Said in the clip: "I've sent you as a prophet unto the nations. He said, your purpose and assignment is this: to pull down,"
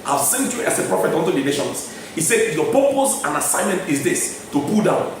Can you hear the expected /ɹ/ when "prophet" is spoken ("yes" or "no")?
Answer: yes